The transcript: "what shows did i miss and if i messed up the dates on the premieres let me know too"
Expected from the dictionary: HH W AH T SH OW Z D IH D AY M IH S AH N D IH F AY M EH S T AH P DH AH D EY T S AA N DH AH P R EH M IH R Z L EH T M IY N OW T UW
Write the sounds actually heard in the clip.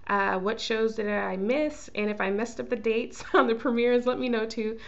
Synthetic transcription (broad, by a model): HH W AH T SH OW Z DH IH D AY M IH S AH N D IH F AY M EH S T AH P DH AH D EY T S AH N DH AH P R EH M IH R Z L EH T M IY N OW T UW